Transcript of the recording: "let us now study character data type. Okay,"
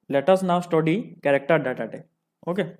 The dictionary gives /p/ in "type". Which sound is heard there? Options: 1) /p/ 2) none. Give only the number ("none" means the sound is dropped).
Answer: 2